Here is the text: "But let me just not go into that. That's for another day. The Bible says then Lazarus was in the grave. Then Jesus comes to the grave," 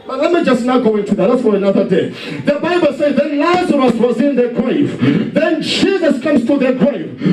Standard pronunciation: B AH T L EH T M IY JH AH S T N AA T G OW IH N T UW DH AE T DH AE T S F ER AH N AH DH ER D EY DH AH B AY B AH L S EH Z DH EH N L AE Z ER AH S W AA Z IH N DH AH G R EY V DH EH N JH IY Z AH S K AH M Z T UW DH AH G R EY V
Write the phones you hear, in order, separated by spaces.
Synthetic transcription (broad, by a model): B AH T L EH T M IY JH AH S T N AA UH G OW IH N T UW DH AE T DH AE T S F ER AH N AH DH ER D EY DH AH B AY B AH L S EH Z DH EH N L AE Z ER AH S W AA Z IH N DH AH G R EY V DH EH N JH IY Z AH S K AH M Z T UW DH AH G R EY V